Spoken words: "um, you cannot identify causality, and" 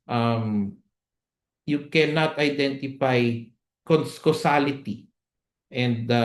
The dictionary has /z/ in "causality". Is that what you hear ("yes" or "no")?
no